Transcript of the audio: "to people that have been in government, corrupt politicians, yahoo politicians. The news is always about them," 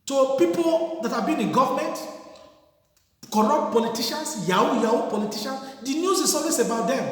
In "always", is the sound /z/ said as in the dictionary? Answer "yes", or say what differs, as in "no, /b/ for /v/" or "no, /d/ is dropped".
no, /s/ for /z/